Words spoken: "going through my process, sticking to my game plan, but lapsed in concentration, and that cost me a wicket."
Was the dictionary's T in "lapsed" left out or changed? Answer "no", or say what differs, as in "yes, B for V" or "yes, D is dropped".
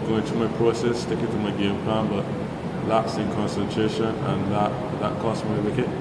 yes, T is dropped